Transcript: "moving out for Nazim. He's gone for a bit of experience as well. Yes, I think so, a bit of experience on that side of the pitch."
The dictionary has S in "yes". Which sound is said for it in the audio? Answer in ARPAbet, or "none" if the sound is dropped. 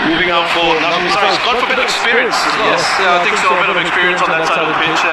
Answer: none